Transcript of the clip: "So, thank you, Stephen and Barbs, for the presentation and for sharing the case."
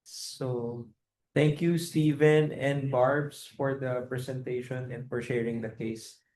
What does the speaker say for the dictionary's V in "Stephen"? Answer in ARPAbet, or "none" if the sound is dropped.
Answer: V